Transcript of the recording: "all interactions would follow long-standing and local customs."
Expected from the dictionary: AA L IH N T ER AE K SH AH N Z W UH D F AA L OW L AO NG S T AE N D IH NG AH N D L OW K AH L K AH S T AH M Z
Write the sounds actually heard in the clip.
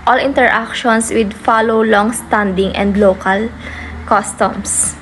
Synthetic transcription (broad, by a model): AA L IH N T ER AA K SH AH N S W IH D F AA L OW L AO NG S T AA N D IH NG AH N D L OW K AH L K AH S T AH M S